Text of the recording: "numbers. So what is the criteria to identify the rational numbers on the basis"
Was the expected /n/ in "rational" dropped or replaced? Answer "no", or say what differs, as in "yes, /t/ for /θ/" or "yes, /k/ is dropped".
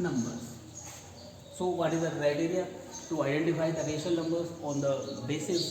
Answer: yes, /n/ is dropped